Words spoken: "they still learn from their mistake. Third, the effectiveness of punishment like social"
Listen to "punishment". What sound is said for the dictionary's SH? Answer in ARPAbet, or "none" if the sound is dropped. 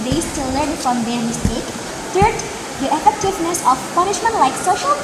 SH